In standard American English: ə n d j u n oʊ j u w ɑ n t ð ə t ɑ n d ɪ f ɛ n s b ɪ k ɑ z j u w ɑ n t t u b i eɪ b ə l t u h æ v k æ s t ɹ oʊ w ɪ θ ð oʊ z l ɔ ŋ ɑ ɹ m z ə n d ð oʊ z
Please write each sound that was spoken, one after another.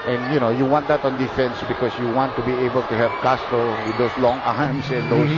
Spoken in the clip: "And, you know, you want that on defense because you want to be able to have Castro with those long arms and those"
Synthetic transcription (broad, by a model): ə n j u n oʊ j u w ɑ n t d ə t ɑ n d ɪ f ɛ n s b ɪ k ɑ s j u w ɑ n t t u b i eɪ b ə l t u h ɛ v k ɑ s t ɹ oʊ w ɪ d oʊ s l ɔ ŋ ɑ m s ə n d oʊ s